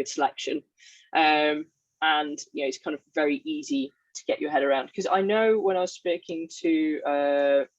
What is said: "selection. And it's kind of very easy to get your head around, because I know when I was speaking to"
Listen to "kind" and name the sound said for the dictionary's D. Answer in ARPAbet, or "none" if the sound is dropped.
D